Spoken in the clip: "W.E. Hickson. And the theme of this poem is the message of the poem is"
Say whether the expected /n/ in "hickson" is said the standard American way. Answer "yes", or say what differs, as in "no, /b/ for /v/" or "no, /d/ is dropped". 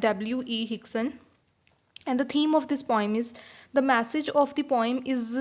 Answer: yes